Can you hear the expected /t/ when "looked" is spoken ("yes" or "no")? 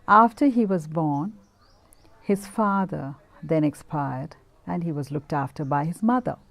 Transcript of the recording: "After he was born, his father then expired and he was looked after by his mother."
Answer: yes